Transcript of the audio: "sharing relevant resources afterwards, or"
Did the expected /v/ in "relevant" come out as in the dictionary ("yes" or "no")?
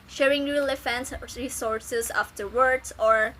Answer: no